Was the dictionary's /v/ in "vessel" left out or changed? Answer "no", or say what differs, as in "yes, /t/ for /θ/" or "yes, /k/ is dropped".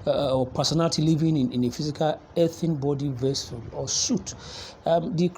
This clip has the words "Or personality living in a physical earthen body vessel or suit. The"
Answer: no